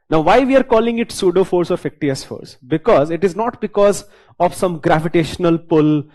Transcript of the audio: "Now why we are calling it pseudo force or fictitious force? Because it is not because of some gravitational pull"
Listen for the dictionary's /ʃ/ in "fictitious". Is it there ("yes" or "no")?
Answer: no